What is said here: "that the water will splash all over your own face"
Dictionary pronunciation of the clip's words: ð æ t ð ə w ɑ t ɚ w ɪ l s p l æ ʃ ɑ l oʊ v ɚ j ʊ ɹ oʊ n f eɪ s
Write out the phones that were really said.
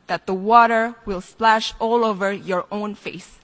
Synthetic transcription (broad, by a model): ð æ t ð ə w ɑ t ɚ w ɪ l s p l æ ʃ ɑ l oʊ v ɚ j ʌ ɹ oʊ n f eɪ s